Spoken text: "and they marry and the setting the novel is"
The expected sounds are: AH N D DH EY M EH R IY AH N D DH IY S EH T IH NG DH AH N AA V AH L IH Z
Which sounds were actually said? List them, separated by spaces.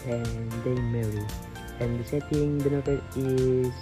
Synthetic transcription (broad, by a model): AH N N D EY M EH R IY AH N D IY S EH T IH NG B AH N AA P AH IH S